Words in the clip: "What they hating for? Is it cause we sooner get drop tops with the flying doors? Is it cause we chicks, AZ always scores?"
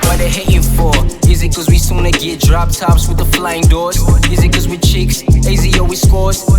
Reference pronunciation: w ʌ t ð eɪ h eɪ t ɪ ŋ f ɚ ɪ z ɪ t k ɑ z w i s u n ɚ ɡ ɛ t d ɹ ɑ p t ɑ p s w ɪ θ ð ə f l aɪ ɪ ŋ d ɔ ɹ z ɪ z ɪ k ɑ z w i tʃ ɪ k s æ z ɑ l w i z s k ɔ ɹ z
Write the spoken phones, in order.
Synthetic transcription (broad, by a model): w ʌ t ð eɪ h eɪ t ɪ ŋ f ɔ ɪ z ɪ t k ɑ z w i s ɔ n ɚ ɡ ɛ t d ɹ ɑ p t ɑ p s w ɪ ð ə f l aɪ ɪ ŋ d ɔ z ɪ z ɪ k ɑ z w i tʃ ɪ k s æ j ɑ w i s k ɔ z